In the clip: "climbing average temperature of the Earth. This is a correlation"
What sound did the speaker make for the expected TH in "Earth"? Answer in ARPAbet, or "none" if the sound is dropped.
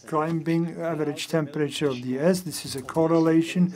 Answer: S